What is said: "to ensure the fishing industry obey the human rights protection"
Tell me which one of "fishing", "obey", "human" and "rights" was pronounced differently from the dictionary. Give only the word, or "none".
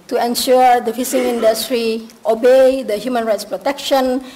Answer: fishing